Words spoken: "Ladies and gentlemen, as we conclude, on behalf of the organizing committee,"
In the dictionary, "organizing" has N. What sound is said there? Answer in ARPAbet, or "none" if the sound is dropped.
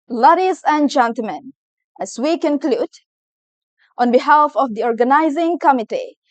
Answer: N